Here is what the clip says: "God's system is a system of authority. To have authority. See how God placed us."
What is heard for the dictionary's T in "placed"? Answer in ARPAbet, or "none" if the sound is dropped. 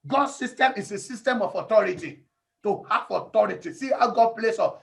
none